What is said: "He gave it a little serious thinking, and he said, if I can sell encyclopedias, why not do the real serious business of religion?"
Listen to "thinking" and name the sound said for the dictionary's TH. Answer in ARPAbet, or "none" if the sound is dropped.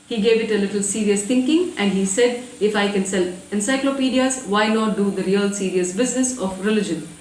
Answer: T